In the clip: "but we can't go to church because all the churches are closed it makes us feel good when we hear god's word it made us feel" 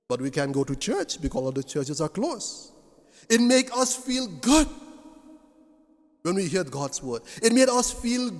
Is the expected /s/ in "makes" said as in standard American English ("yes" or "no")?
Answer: no